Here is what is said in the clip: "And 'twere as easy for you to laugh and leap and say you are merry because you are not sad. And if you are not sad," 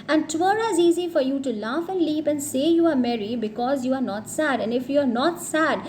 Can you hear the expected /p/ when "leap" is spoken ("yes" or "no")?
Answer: yes